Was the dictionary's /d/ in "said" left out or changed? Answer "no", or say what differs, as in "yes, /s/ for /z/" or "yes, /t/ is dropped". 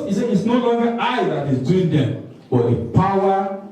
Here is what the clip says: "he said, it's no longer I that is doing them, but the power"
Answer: yes, /d/ is dropped